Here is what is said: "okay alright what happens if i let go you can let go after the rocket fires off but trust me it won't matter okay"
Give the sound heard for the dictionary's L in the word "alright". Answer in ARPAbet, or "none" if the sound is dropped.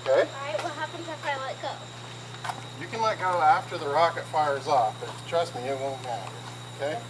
none